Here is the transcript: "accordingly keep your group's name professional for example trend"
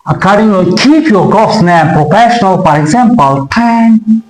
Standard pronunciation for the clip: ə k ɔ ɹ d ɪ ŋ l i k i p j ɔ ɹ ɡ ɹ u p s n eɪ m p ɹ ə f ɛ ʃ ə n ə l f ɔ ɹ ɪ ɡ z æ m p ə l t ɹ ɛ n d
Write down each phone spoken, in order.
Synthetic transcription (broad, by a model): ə k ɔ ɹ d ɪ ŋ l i k i p j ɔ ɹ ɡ ɔ s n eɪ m p ɹ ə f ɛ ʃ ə n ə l f ɔ ɹ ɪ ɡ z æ m p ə l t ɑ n